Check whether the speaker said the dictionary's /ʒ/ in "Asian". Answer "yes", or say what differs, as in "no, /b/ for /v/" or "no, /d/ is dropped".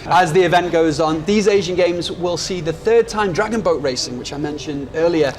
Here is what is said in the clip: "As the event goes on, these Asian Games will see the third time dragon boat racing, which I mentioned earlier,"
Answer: yes